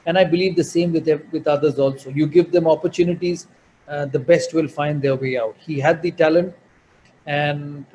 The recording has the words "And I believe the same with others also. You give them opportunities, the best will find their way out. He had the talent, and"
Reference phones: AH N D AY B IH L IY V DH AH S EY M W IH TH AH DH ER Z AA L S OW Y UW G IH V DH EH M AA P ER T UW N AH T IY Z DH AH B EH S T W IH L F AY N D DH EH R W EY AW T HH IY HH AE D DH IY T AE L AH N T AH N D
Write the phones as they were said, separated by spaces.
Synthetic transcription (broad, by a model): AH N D AY B IH L IY V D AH S EY M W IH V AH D ER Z AA L S OW Y UW G IH V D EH M AA P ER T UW N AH T IY Z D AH B EH S T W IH L F AY N D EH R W EY AW T HH IY HH AE D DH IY T AE L AH N T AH N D